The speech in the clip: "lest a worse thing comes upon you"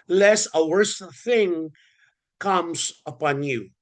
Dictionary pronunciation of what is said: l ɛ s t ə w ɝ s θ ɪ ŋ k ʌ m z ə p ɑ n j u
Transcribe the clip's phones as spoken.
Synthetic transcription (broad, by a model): l ɛ s ə w ɝ s θ ɪ ŋ k ʌ m z ə p ɑ n j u